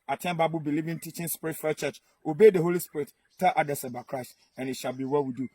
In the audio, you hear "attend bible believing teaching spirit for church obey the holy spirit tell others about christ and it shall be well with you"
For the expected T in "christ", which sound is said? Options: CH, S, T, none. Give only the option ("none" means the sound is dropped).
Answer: T